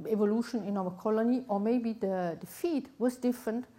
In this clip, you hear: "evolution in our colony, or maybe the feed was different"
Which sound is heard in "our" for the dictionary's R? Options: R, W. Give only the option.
W